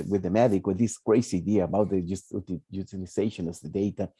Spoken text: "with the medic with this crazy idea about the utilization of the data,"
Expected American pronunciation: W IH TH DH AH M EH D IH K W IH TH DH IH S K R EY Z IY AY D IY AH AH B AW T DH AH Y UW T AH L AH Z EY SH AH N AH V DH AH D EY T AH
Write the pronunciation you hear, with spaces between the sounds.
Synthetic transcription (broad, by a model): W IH DH AH M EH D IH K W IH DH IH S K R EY S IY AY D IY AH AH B AW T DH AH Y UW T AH L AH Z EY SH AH N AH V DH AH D EY T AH